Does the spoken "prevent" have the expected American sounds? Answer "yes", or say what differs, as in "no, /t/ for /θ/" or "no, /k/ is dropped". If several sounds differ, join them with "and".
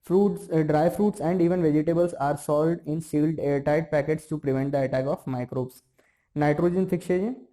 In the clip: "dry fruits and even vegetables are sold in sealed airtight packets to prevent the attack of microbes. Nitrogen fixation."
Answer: yes